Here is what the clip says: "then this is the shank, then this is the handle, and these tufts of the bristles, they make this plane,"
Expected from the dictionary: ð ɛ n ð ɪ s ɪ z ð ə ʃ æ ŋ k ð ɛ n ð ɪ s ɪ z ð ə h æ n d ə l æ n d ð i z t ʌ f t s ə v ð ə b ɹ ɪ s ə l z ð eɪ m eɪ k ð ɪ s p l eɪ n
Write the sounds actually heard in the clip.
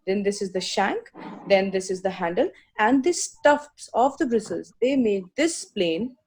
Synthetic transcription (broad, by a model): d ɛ n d ɪ s ɪ z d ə ʃ æ ŋ k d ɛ n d ɪ s ɪ z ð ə h æ n d ə l æ n d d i s t ʌ f t s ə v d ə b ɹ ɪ s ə l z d eɪ m eɪ k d ɪ s p l eɪ n